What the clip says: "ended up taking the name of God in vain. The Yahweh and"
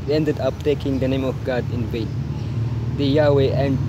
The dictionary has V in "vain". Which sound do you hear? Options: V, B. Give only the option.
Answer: B